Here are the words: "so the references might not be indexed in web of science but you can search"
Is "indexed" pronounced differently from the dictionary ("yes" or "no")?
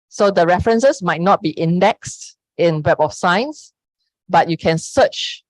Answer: no